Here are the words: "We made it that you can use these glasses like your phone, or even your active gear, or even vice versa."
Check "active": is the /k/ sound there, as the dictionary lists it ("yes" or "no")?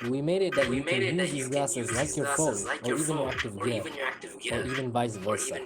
yes